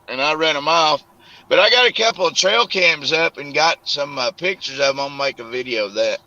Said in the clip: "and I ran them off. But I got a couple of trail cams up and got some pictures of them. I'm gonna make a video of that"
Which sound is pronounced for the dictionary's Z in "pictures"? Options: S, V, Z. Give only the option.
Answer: Z